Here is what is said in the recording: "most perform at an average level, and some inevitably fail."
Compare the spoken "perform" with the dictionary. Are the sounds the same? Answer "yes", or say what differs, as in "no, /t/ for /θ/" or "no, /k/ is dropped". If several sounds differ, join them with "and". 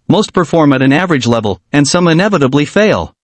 yes